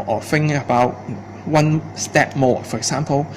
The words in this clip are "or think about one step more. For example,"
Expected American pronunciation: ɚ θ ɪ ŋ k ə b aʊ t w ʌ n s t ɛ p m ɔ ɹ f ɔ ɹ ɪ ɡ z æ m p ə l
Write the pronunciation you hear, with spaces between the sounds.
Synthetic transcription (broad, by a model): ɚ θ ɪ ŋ ə b aʊ t w ʌ n s t ɛ p m ɔ f ɔ ɹ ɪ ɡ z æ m p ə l